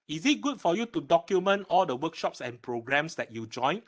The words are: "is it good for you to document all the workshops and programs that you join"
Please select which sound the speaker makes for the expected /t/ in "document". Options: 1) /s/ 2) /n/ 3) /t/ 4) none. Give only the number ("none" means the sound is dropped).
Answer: 3